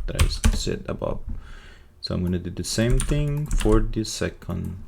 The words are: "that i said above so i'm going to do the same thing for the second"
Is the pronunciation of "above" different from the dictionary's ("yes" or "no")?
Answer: yes